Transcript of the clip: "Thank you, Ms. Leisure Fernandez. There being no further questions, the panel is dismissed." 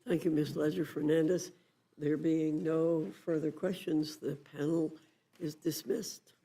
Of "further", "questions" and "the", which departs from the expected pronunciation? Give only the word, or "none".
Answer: none